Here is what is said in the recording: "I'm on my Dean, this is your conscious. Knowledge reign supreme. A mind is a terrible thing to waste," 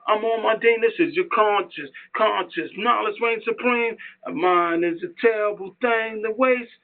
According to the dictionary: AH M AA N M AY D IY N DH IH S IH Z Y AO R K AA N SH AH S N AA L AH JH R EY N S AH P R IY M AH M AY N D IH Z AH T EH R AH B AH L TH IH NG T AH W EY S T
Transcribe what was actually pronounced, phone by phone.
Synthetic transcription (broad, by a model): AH M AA L M AY D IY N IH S IH Z Y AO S K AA N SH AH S N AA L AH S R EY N S AH P R IY M AH M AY N IH Z AH T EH R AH B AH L TH IH NG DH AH W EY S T